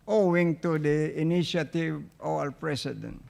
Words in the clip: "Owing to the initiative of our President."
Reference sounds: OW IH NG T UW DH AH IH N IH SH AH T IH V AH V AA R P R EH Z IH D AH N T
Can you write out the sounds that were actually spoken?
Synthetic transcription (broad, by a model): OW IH NG T UW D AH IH N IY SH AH T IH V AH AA L P R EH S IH D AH N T